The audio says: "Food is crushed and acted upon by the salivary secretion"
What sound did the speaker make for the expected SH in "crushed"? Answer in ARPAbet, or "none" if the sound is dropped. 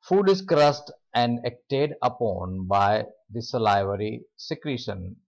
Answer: S